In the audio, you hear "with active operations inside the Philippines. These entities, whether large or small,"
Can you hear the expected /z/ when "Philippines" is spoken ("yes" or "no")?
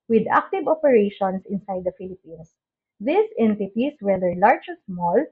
no